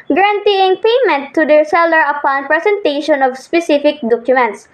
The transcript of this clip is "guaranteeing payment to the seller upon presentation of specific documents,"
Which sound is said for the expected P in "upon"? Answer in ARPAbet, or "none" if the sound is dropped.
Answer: P